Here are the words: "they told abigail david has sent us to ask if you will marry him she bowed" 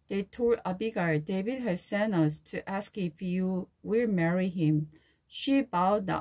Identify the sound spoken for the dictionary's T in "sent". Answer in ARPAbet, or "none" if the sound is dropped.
none